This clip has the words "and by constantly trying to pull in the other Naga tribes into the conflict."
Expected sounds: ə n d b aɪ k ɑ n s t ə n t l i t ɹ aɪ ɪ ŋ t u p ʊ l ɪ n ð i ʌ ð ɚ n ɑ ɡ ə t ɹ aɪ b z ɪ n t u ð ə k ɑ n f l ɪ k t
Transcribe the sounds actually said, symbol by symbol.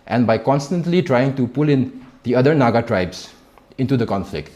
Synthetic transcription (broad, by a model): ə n b aɪ k ɑ n s t ə n t l i t ɹ aɪ ɪ ŋ t u p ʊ l ɪ n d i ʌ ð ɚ n ɑ ɡ ə t ɹ aɪ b s ɪ n t u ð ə k ɑ n f l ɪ k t